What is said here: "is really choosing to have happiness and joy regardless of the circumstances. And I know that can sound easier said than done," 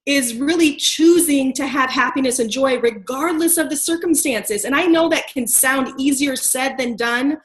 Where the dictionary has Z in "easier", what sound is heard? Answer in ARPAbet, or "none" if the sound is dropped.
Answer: Z